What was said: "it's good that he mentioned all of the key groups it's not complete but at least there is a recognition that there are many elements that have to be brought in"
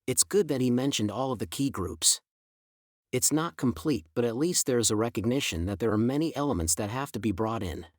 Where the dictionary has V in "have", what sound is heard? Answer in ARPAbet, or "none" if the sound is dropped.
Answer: F